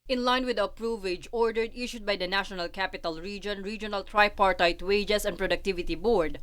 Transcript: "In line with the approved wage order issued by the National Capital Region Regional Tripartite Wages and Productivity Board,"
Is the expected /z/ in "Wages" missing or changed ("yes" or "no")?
yes